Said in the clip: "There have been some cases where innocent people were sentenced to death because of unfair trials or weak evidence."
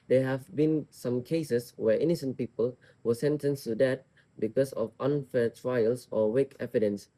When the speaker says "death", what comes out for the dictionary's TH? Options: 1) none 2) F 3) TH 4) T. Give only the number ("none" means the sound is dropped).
4